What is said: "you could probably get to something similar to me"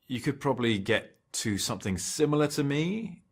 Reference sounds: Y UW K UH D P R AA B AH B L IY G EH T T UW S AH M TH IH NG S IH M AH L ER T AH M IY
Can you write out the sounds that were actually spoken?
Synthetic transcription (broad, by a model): Y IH K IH D P R AA B AH B L IY G EH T T UW S AH M TH IH NG S IH M L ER T AH M IY